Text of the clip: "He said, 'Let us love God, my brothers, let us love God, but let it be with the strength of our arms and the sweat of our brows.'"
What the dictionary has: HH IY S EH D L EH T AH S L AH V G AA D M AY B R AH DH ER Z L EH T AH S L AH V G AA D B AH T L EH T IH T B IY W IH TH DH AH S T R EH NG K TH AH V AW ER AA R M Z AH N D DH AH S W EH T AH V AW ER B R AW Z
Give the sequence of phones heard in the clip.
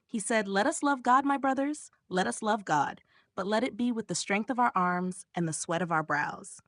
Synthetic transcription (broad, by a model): HH IY S EH D L EH T AH S L AH V G AA D M AY B R AH DH ER Z L EH T AH S L AH V G AA D B AH T L EH T IH T B IY W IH DH AH S T R EH NG K TH AH V AW ER AA R M Z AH N DH AH S W EH T AH V AW ER B R AW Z